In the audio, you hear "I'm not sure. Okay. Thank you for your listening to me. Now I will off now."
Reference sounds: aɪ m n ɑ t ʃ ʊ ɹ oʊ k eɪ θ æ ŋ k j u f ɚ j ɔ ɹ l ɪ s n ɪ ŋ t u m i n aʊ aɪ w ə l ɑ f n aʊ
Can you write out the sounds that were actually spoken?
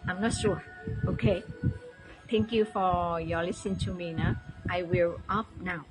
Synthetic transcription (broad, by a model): aɪ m n ɑ t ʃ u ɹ oʊ k eɪ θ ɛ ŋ k j u f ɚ j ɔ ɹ l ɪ s ɪ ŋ t u m i n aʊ aɪ w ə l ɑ p n aʊ